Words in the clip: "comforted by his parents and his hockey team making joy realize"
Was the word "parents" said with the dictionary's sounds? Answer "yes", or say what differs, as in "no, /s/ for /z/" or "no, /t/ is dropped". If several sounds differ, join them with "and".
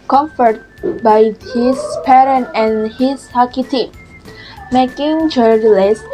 no, /s/ is dropped